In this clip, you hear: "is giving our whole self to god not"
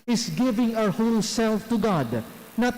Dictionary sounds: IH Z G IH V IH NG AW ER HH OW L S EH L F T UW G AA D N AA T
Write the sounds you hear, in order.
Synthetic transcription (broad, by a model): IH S G IH V IH NG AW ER HH OW L S EH L F T UW G AA D N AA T